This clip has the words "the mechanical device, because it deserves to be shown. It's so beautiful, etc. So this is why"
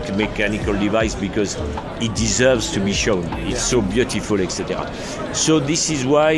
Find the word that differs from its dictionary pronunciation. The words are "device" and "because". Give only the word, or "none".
none